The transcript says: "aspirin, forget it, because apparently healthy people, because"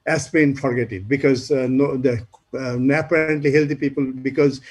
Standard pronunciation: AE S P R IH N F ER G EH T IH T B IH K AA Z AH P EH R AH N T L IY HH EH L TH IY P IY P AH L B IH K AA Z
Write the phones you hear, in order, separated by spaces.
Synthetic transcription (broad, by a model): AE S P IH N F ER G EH T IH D B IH K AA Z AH P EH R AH N T L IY HH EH L T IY P IY P AH L B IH K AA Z